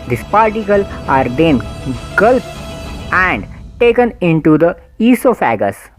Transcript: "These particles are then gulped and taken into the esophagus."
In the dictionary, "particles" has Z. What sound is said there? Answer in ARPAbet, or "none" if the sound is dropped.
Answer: none